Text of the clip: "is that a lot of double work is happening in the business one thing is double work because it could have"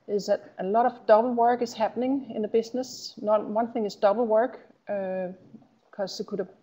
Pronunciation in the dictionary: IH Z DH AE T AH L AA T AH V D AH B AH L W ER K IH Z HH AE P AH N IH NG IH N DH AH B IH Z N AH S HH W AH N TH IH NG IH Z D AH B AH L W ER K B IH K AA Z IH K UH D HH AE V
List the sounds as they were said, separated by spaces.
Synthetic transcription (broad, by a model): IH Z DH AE T AH L AA T AH V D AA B L W ER K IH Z HH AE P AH N IH NG IH N DH AH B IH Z N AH S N W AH N TH IH NG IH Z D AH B L W ER K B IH K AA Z IH K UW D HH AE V